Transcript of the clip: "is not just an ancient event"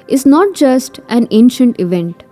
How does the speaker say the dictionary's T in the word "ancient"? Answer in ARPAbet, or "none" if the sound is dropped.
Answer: T